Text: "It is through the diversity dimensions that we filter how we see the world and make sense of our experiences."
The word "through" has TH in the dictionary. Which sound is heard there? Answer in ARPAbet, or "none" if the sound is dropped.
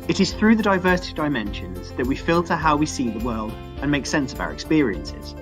TH